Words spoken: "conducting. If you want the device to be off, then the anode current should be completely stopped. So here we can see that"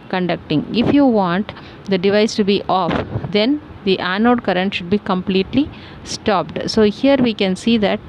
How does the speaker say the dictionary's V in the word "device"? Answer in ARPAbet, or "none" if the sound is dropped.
V